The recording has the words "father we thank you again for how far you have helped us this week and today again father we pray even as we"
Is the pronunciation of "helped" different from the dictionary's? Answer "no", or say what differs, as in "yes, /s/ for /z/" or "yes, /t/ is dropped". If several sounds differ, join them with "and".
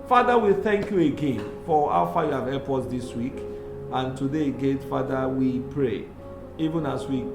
yes, /t/ is dropped